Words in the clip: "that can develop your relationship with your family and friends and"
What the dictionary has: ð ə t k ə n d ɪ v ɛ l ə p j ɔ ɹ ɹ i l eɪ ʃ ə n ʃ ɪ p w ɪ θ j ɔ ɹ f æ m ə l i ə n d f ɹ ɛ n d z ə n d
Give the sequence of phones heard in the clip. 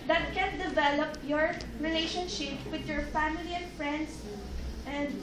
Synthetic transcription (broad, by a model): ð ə t k ə n d ɪ v ɛ l ə p j ɔ ɹ ɹ i l eɪ ʃ ə n ʃ ɪ p w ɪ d j ɔ ɹ f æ m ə l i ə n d f ɹ ɛ n d s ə n d